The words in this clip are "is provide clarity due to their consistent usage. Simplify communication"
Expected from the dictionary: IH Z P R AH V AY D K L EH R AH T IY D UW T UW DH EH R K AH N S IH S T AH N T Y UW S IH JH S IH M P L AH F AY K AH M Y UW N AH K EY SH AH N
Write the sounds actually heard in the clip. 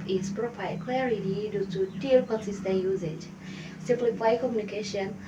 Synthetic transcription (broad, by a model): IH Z P R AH P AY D K L EH R AH T IY D UW T UW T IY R K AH N S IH S T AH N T Y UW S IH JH S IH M P L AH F AY K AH M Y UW N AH K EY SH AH N